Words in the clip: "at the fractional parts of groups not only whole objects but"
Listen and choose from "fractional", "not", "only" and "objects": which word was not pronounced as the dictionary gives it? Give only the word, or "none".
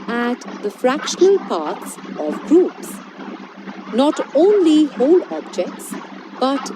none